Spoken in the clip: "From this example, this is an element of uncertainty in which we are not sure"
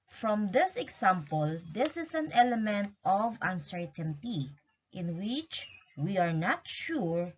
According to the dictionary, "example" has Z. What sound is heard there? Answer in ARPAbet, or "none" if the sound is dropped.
S